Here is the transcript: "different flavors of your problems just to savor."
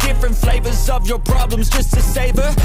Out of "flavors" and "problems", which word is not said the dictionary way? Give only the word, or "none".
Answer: none